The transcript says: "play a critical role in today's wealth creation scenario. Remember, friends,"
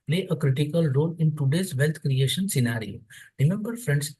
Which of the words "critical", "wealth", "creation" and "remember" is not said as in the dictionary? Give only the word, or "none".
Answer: wealth